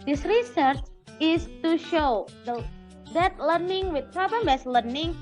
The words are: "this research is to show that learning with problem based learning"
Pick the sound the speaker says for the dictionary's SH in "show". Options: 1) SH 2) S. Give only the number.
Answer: 1